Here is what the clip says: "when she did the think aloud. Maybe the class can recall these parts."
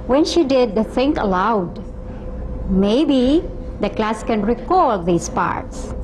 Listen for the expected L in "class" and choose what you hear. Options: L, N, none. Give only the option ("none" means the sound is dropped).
L